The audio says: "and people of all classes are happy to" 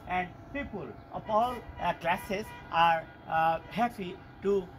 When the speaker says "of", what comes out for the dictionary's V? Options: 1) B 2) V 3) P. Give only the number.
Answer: 3